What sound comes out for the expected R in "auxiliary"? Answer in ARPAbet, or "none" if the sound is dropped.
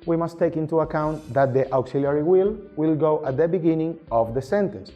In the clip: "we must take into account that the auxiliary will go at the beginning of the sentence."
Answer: W